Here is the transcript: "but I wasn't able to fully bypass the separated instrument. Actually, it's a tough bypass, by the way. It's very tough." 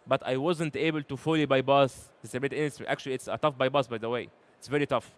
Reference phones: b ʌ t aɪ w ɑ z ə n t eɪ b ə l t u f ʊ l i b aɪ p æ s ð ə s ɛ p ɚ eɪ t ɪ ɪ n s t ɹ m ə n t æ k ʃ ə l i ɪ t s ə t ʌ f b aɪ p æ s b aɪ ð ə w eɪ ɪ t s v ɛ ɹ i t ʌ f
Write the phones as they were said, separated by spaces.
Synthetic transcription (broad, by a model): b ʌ t aɪ w ɑ z ə n t eɪ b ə l t u f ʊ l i b aɪ b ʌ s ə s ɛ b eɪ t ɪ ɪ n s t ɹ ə t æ k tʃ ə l i ɪ t s ə t ʌ f b aɪ b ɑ s b aɪ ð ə w eɪ ɪ t s v ɛ ɹ i t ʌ f